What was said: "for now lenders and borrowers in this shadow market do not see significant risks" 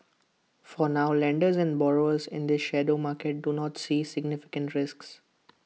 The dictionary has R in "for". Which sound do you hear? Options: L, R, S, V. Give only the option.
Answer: R